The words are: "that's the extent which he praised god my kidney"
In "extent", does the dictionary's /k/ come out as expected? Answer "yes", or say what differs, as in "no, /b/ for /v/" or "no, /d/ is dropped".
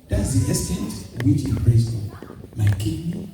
no, /k/ is dropped